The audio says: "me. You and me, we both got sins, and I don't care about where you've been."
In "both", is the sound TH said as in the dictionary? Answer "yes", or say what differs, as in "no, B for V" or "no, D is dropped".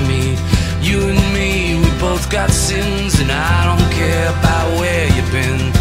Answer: yes